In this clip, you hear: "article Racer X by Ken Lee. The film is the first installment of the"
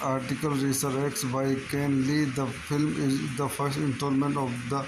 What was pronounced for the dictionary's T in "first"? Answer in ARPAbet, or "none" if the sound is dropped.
T